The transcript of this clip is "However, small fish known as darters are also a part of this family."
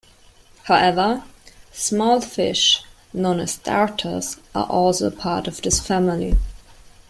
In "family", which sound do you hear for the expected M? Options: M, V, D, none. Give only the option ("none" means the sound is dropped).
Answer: M